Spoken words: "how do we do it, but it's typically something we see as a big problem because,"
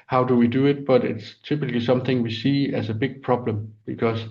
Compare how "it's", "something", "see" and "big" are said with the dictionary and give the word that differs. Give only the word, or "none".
none